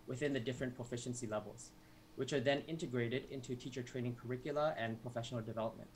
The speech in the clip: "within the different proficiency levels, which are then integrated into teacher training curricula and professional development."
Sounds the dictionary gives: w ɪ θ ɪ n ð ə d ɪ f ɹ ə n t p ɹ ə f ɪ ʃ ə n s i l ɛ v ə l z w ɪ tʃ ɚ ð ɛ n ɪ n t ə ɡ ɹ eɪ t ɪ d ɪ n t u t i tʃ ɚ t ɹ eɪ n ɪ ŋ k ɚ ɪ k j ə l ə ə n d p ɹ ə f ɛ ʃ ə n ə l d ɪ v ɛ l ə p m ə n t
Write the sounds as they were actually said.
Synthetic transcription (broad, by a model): w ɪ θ ɪ n ð ə d ɪ f ɹ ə n p ɹ ə f ɪ ʃ ə n s i l ɛ v ə l z w ɪ tʃ ɚ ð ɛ n ɪ n t ə ɡ ɹ eɪ t ɪ d ɪ n t u t i tʃ ɚ t ɹ eɪ n ɪ ŋ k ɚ ɪ k j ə l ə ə n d p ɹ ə f ɛ ʃ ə n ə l d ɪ v ɛ l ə p m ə n t